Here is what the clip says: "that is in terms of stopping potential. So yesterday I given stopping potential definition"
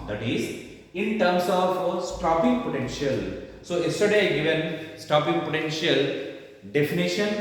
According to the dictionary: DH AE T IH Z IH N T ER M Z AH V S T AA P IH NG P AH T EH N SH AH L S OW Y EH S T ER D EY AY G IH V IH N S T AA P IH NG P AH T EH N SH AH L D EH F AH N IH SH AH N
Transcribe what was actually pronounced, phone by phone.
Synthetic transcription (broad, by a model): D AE T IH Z IH N T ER M S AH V S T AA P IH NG P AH T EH N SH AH L S OW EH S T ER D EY G IH V IH N S T AA P IH NG P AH T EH N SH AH L D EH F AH N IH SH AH N